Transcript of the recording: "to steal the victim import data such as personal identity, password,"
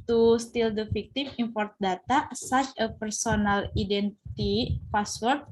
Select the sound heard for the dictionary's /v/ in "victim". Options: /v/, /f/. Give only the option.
/f/